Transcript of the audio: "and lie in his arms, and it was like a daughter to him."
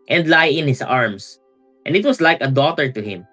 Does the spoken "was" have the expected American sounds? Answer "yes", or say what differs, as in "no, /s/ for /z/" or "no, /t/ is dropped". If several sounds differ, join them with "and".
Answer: no, /s/ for /z/